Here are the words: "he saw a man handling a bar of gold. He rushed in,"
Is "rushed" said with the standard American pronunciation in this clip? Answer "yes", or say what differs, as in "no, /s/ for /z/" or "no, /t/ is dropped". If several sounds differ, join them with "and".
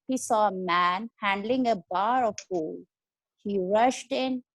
yes